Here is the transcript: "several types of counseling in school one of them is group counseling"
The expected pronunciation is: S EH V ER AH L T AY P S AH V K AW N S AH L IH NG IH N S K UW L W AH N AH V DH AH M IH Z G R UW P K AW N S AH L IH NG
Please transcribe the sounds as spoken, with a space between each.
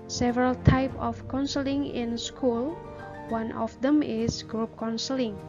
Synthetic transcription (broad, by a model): S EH V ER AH L T AY P AH F K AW N S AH L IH NG IH N S K UW L W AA N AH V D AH M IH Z G R UW P K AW N S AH L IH NG